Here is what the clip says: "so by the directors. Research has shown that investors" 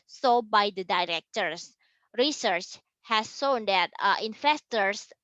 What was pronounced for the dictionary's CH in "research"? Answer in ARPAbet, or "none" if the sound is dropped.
CH